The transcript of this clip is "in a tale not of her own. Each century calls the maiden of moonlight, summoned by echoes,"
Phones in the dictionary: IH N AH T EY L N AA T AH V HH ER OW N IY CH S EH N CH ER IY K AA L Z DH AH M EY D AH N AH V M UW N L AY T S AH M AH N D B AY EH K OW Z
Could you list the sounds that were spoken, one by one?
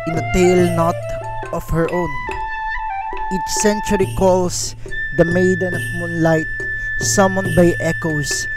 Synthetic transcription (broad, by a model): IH N AH T EY L N AA T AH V HH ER OW N IY CH S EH N CH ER IY K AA L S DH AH M EY D AH N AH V M UW N L AY T S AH M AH N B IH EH K OW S